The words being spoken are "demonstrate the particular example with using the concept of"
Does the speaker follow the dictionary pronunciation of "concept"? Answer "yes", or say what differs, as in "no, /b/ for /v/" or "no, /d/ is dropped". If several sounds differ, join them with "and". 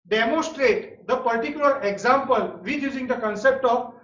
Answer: yes